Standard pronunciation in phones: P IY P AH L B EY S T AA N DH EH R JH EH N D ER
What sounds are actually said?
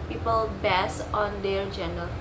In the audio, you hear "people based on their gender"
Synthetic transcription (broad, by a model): P IY P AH L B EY S AA N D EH R JH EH N D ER